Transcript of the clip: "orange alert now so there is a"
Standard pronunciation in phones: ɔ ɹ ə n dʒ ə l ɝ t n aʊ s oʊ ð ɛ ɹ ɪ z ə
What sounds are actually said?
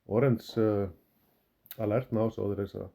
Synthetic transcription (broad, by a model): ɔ ɹ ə n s ə l ɝ t n aʊ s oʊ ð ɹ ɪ s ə